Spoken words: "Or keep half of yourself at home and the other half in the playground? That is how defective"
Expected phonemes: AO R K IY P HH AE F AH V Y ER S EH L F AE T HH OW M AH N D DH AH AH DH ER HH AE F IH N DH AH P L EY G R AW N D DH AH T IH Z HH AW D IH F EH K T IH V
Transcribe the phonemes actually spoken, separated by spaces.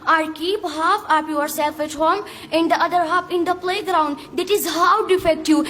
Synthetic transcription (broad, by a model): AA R K IY P HH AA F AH P Y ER S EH L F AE T HH OW M AH N D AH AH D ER HH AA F IH N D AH P L EY G R AW N D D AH T IH Z HH AW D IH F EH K T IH